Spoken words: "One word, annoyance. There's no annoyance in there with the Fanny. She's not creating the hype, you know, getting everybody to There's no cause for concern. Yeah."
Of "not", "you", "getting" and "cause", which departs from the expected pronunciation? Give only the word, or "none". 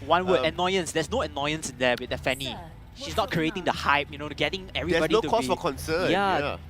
cause